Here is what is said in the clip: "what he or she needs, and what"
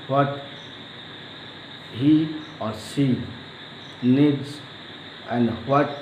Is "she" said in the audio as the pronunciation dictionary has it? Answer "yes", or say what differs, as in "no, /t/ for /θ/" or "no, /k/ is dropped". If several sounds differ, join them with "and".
no, /s/ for /ʃ/